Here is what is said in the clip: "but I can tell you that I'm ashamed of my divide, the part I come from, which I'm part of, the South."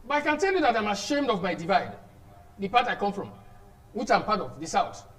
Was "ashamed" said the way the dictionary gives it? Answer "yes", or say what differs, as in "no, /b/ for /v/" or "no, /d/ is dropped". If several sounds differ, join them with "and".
yes